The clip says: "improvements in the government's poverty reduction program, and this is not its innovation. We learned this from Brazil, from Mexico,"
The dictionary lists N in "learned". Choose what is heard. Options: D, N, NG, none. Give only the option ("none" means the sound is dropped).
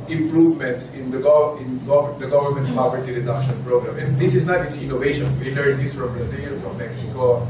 none